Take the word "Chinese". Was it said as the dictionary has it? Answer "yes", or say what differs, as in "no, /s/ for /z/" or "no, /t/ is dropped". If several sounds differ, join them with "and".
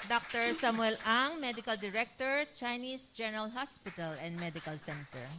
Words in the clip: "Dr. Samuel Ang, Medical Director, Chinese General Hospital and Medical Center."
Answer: no, /s/ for /z/